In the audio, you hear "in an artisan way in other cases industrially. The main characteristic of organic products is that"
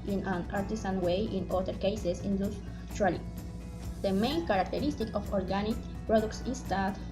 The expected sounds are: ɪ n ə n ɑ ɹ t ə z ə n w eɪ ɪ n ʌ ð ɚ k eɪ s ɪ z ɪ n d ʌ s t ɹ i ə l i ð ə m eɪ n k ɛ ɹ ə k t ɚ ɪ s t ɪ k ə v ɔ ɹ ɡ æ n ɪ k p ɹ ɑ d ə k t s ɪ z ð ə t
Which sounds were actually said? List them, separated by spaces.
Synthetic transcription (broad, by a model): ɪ n ə n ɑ ɹ t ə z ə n w eɪ ɪ n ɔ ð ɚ k eɪ s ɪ s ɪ n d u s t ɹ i l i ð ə m eɪ n k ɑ ɹ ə k t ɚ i s t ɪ k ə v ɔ ɹ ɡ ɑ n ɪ k p ɹ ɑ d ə k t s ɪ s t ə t